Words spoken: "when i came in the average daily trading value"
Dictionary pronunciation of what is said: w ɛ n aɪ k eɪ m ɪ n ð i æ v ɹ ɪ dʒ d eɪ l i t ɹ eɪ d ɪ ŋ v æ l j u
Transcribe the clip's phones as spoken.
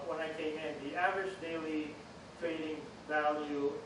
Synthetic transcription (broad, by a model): w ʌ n aɪ k eɪ m ɪ n ð i æ v ɹ ɪ dʒ d eɪ l i t ɹ eɪ d ɪ ŋ v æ l j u